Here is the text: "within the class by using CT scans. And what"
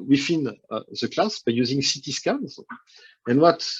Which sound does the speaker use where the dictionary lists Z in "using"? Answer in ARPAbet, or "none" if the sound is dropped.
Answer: Z